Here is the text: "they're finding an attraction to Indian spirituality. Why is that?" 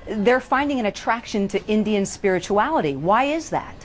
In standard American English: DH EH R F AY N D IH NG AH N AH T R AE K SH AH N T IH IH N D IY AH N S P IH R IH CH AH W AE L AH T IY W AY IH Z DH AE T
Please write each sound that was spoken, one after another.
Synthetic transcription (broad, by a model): DH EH R F AY N D IH NG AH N AH T R AE K SH AH N T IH IH N D IY AH N S P IH R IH CH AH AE L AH T IY W AY IH Z DH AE T